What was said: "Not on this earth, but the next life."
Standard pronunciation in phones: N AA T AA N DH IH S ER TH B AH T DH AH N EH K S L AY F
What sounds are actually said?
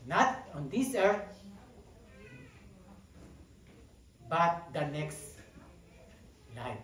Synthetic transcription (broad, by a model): N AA T AA N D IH S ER T B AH T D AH N EH K S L AY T